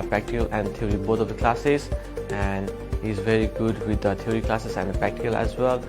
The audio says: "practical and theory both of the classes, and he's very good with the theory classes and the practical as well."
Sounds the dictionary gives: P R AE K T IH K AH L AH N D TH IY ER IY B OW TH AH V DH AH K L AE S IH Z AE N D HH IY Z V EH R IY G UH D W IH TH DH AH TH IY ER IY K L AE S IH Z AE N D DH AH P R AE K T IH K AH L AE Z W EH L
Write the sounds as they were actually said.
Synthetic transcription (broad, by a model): P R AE K T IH K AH L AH N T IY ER IY B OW T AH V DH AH K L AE S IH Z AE N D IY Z V EH R IY G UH D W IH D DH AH T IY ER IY K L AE S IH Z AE N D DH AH P R AE K T IH K AH L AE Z W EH L